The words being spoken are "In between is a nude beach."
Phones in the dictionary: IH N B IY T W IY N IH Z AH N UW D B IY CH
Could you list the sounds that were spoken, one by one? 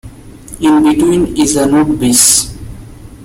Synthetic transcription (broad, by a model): IH N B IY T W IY N IH Z AH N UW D B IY S